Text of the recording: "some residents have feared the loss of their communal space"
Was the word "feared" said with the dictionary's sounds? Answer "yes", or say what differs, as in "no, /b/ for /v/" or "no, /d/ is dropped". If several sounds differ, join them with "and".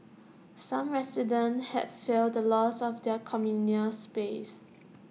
no, /l/ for /ɹ/